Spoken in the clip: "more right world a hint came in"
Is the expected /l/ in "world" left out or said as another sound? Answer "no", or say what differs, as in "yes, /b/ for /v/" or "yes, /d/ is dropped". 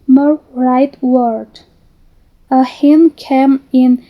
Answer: yes, /l/ is dropped